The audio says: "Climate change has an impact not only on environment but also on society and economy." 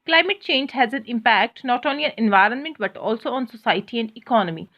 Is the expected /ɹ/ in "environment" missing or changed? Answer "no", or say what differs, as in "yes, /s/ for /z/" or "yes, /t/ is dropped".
no